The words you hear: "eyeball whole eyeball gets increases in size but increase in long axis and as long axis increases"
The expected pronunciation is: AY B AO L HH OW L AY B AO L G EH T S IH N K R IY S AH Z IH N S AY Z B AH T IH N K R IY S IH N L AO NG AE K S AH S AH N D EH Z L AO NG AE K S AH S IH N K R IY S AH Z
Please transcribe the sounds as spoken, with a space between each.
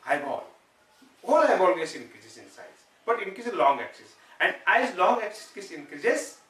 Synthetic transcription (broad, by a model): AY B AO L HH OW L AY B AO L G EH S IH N K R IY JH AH S IH N S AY S B AH T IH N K IY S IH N L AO NG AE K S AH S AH N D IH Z L AO NG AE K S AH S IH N K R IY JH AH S